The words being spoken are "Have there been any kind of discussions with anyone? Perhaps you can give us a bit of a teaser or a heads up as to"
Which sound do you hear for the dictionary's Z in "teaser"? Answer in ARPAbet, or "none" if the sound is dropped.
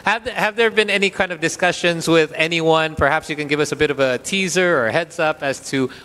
Z